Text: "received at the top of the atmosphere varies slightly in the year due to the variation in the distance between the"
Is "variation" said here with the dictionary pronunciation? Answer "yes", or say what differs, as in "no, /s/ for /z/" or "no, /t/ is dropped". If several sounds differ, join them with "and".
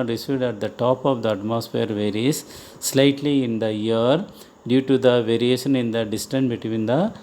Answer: yes